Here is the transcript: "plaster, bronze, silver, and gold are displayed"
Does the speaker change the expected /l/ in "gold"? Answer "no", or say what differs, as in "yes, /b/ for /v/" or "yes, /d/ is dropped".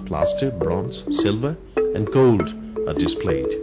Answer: no